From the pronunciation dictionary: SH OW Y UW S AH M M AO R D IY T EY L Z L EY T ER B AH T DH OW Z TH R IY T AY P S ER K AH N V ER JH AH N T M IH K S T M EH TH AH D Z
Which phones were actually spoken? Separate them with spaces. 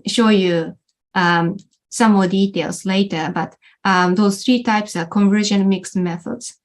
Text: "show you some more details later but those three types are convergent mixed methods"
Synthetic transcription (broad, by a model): SH OW Y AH S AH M M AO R D IY T EY L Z L EY T ER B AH T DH OW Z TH R IY T AY P S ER K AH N V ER ZH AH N M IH K S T M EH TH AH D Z